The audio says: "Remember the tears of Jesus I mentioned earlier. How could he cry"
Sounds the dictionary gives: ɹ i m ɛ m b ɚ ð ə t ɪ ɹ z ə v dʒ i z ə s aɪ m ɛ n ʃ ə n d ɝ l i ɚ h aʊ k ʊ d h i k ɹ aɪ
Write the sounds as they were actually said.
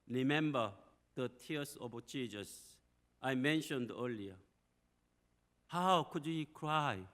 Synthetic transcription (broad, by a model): ɹ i m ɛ m b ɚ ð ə t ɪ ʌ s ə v tʃ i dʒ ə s aɪ m ɛ n ʃ ə n d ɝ l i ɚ h aʊ k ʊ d h i k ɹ aɪ